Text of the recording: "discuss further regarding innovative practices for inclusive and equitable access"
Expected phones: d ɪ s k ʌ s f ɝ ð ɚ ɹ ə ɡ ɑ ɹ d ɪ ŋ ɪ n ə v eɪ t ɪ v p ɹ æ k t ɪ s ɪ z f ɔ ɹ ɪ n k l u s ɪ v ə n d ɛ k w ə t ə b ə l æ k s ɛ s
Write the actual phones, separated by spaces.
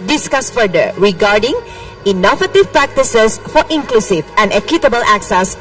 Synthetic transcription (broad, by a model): d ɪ s k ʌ s f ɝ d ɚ ɹ ə ɡ ɑ ɹ d ɪ ŋ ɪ n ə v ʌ t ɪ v p ɹ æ k t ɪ s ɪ s f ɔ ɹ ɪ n k l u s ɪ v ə n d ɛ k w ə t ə b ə l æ k s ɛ s